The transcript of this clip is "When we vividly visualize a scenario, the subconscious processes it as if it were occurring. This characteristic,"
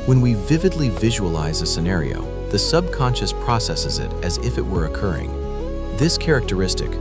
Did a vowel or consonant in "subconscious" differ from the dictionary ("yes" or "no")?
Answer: no